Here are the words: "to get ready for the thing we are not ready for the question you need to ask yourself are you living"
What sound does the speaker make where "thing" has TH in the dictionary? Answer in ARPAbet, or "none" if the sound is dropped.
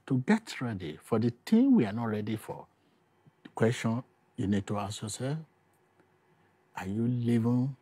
T